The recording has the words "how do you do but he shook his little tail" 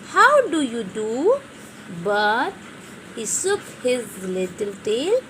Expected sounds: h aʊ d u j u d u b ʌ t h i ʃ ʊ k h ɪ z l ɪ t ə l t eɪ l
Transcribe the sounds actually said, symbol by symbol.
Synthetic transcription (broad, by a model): h aʊ d u j u d u b ʌ t h i s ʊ k h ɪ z l ɪ t ə l t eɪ l